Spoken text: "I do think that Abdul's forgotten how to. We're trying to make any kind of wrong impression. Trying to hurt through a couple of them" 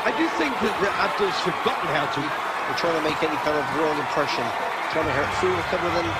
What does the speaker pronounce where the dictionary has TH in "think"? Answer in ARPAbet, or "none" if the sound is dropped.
TH